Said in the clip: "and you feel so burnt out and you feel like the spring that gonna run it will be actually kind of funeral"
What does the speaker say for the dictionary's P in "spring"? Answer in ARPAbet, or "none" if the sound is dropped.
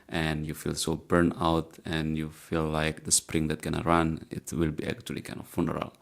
P